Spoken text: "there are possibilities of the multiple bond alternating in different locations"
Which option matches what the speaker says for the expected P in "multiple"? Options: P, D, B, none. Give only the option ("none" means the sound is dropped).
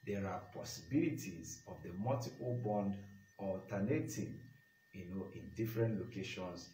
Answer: none